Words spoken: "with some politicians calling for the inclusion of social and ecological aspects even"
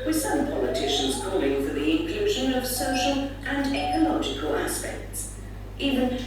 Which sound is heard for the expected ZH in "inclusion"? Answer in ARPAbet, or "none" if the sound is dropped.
ZH